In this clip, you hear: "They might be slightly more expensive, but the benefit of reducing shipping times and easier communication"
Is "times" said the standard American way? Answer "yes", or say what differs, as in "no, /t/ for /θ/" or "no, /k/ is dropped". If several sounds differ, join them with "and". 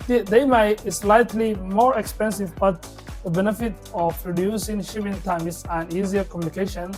no, /s/ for /z/